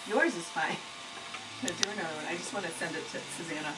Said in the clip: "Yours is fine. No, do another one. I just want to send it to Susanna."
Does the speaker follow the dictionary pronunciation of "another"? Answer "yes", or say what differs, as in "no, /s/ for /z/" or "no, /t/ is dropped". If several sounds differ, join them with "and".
no, /ð/ is dropped